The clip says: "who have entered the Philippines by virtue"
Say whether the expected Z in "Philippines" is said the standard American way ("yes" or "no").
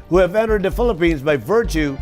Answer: yes